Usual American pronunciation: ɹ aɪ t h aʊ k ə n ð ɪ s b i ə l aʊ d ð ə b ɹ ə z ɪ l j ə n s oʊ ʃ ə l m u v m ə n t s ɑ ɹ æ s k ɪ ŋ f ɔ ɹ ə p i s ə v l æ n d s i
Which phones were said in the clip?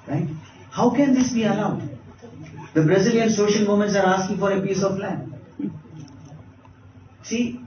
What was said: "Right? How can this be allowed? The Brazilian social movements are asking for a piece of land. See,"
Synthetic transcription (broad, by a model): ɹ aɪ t h aʊ k ə n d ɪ s b i ə l aʊ d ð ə b ɹ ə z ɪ l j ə n s oʊ ʃ ə l m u m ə n t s ɑ ɹ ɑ s k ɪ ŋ f ɔ ɹ ə p i s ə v l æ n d s i